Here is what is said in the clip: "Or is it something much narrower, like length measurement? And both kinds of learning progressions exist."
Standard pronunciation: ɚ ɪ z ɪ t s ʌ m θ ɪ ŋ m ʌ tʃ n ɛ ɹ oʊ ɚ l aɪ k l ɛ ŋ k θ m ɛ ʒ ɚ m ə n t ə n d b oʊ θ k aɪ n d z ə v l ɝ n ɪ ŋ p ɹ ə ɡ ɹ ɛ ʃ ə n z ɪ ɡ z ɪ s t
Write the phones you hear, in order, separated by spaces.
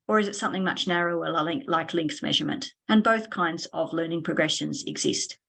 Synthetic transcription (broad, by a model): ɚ ɪ z ɪ t s ʌ m θ ɪ ŋ m ʌ tʃ n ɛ ɹ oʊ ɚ l aɪ k l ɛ ŋ k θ m ɛ ʒ ɚ m ə n t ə n b oʊ θ k aɪ n d z ə v l ɝ n ɪ ŋ p ɹ ə ɡ ɹ ɛ ʃ ə n z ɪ ɡ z ɪ s t